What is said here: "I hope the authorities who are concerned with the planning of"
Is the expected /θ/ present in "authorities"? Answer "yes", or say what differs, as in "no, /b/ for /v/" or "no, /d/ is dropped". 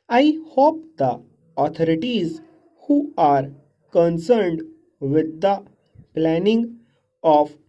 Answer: no, /t/ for /θ/